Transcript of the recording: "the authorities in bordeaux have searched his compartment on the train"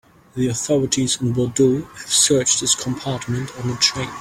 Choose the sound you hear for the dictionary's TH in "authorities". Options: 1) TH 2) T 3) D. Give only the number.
1